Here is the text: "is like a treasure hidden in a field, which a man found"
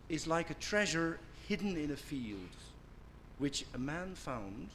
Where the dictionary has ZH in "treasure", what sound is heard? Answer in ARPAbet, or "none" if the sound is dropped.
ZH